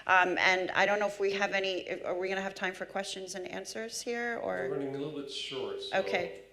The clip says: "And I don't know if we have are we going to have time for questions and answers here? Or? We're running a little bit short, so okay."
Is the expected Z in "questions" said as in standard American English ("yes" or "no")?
yes